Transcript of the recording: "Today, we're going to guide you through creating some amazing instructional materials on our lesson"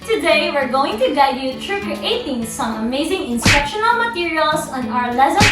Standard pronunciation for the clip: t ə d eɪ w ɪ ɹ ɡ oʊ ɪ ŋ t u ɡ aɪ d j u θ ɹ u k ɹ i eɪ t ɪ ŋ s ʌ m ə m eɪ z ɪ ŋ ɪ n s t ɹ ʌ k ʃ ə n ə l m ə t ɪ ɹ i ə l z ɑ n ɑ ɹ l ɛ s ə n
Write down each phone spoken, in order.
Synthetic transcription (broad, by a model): t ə d eɪ w ɪ ɹ ɡ oʊ ɪ ŋ t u ɡ aɪ d j u t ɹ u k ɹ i eɪ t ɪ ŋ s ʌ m ə m eɪ z ɪ ŋ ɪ n s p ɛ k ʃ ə n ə l m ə t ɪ ɹ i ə l s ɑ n ɑ ɹ l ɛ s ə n